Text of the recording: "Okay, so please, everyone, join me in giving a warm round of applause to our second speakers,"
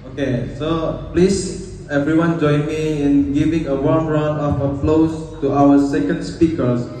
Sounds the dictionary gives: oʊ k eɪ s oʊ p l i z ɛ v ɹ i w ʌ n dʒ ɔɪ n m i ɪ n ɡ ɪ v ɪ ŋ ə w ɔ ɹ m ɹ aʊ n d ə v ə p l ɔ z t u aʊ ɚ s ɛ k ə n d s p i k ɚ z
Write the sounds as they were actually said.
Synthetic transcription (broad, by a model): oʊ k eɪ s oʊ p l i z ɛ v ɹ i w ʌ n dʒ ɔɪ n m i ɪ n ɡ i v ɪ ŋ ə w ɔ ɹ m ɹ aʊ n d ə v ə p l ɔ s t u aʊ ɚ s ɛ k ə n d s p i k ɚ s